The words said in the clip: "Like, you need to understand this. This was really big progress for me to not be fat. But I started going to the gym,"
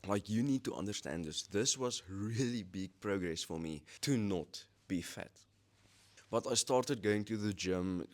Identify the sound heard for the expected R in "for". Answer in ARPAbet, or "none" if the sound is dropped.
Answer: R